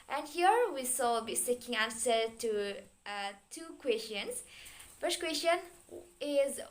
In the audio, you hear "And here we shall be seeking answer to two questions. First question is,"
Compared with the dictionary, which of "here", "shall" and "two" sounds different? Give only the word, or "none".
shall